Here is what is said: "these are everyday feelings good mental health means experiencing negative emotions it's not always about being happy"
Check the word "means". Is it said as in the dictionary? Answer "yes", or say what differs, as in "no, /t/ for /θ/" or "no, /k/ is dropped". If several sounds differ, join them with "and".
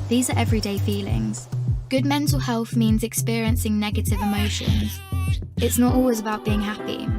yes